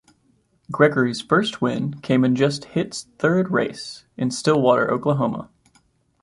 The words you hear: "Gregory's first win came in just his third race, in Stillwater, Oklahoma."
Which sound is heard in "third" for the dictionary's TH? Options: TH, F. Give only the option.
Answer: TH